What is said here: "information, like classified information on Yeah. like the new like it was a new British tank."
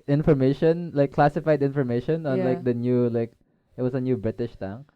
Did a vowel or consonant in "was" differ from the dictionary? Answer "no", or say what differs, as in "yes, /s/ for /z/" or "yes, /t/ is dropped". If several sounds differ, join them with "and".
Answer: yes, /s/ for /z/